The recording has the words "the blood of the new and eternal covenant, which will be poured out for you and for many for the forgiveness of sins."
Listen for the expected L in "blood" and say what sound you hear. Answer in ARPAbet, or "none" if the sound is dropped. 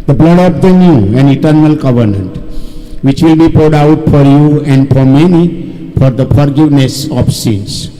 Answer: L